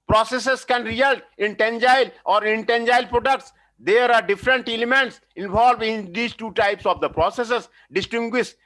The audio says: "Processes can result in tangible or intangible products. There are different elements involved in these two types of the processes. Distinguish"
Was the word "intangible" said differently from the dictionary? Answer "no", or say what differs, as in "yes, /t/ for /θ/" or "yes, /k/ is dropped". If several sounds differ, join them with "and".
yes, /b/ is dropped